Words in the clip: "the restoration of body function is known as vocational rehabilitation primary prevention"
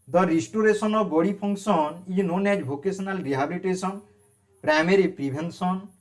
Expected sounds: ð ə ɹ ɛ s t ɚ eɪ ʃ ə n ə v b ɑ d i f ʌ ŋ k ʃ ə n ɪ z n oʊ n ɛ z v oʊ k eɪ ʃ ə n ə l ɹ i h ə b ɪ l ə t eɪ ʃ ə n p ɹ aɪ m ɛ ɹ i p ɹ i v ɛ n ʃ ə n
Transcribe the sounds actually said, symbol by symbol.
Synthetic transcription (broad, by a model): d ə ɹ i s t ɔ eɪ s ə n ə b ɑ d i p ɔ ŋ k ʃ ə n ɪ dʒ n oʊ n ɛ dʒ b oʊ k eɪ s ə n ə l ɹ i h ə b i l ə t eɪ s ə n p ɹ aɪ m ɛ ɹ i p ɹ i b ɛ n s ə n